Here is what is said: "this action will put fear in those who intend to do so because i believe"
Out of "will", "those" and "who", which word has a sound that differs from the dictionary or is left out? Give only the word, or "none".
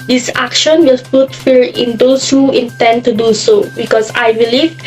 those